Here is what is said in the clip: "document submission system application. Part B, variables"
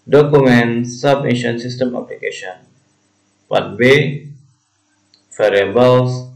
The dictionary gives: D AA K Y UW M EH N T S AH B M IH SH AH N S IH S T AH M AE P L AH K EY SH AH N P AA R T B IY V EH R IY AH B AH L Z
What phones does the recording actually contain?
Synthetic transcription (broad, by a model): D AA K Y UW M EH N S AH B EH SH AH N S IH S T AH M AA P L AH K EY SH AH N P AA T B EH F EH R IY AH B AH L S